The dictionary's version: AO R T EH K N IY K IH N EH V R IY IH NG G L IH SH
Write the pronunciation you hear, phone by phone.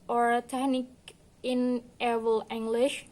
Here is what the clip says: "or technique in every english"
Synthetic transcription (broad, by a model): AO R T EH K N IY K IH N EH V IY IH NG G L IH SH